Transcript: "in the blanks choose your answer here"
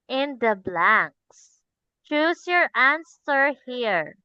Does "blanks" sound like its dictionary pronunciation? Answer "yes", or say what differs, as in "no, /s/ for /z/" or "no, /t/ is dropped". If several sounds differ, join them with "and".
yes